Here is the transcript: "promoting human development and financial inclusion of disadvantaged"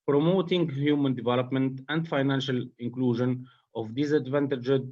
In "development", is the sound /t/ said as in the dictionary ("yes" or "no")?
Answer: yes